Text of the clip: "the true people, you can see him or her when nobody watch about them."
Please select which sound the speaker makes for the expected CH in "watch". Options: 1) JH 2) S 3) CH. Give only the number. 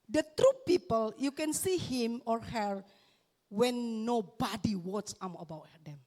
2